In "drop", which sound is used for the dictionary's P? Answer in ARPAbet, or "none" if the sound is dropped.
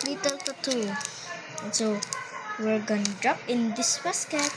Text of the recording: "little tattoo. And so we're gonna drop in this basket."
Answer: P